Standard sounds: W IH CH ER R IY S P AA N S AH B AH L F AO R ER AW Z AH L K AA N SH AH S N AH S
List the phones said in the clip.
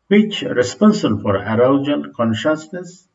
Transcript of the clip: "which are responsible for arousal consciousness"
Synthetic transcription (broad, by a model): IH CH R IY S P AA N S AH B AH L F AO R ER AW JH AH N K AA N SH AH S N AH S